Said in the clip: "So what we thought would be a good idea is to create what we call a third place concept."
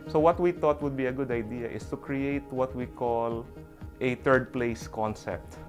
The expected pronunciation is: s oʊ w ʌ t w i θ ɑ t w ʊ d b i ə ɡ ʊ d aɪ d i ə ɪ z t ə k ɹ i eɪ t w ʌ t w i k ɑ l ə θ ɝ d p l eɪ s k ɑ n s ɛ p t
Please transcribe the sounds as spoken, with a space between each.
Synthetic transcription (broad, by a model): s oʊ w ʌ t w i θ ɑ t w ʊ d b i ə ɡ ʊ d aɪ d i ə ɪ s t ə k ɹ i eɪ t w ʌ t w i k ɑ l ə t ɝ d p l eɪ s k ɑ n s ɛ p t